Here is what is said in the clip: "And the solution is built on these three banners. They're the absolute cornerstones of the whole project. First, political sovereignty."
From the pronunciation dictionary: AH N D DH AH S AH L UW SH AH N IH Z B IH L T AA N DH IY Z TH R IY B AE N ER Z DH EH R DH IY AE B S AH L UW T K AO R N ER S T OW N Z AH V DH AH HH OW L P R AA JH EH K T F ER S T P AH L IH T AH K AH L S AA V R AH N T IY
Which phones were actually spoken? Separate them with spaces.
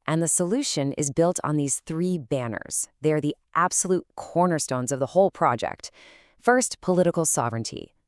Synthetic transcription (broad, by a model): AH N DH AH S AH L UW SH AH N IH Z B IH L T N DH IY Z TH R IY B AE N ER Z DH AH R DH IY AE B S AH L UW T K AO R N ER S T OW N Z AH V DH AH HH OW L P R AA JH EH K T F ER S T P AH L IH T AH K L S AA V R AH N T IY